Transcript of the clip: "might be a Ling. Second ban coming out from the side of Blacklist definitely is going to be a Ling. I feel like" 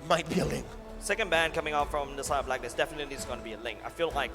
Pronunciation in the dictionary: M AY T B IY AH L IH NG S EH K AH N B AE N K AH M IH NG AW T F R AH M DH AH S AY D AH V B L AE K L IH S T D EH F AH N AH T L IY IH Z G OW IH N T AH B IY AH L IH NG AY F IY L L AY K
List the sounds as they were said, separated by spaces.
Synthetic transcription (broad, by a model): M AY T B IY AH L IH NG S EH K AH N B AE N K AH M IH NG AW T F R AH M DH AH S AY AH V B L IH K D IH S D EH F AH N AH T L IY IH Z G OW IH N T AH B IY AH L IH NG AY F IY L L AY K